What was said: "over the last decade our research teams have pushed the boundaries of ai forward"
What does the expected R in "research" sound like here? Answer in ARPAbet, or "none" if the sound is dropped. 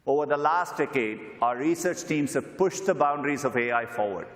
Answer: R